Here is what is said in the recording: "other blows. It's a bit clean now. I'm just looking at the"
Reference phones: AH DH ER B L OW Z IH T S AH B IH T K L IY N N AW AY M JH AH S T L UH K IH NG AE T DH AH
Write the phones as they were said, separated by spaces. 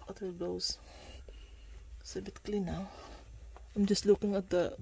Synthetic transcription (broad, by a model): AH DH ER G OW IH S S AH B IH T K L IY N N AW AY M JH AH S T L UH K IH NG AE T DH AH